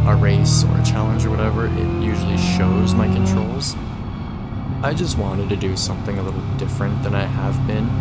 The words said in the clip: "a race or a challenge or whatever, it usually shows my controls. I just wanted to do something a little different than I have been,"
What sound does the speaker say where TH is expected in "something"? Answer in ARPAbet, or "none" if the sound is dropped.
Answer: TH